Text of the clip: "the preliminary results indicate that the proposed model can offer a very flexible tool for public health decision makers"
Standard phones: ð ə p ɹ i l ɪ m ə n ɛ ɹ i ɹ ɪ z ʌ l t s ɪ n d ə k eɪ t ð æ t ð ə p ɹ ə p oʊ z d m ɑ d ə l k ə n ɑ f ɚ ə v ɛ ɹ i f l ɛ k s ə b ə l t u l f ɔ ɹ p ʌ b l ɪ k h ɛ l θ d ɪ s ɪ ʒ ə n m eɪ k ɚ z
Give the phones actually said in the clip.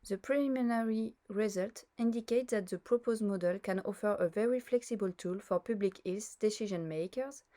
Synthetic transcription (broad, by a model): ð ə p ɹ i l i m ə n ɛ ɹ i ɹ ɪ z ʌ l t ɪ n d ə k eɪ t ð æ t ð ə p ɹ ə p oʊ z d m ɑ d ə l k ə n ɑ f ɚ ə v ɛ ɹ i f l ɛ k s ə b ə l t u l f ɔ ɹ p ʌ b l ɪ k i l s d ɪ s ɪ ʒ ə n m eɪ k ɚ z